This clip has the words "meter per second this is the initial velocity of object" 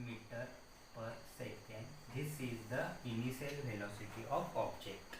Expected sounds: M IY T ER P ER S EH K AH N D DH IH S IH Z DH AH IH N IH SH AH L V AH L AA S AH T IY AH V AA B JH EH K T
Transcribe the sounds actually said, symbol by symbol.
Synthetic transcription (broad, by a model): M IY T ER P ER S EH K AH N D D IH S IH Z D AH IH N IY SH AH L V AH L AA S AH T IY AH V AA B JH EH K T